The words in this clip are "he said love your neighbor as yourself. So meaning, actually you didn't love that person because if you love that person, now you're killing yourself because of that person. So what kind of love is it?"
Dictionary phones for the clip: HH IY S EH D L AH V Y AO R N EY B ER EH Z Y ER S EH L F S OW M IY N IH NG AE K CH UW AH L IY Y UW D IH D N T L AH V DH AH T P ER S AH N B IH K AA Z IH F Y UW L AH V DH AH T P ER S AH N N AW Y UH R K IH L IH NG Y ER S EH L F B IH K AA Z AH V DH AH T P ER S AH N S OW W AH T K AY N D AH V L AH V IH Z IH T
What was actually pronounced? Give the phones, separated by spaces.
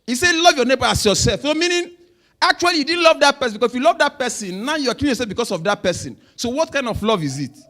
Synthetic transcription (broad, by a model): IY S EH L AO V Y AO N EY B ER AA S Y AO S EH L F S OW M IY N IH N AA K CH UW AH L IY Y UW D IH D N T L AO V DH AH T P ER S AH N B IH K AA S IH F Y UW L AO V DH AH T P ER S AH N N AW Y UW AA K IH IH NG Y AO S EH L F B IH K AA S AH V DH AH T P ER S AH N S OW W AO T K AY N D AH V L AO V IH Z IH T